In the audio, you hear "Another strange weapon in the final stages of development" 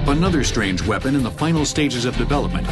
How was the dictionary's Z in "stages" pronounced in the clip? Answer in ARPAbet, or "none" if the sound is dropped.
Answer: Z